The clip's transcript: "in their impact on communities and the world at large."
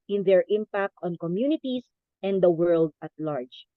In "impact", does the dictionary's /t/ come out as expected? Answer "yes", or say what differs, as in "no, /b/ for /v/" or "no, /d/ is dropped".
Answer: yes